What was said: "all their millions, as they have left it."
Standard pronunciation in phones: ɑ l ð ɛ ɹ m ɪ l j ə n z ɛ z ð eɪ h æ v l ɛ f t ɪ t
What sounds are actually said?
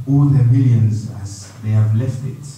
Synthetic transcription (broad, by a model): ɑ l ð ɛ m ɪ l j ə n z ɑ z ð eɪ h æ v l ɛ f t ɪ t